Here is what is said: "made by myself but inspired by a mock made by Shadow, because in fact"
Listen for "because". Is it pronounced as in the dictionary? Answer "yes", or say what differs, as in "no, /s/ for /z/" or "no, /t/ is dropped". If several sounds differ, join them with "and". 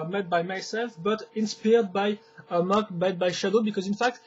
yes